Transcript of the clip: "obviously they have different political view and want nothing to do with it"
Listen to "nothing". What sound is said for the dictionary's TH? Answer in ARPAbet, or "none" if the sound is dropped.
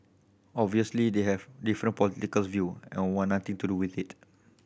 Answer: T